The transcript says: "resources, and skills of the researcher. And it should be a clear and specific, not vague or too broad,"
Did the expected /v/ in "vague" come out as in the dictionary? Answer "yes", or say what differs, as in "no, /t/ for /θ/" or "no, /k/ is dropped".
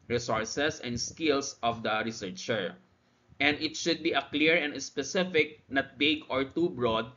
no, /b/ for /v/